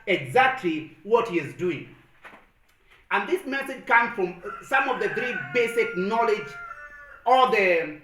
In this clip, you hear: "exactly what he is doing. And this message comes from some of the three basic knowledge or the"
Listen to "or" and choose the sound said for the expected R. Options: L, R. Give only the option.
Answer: L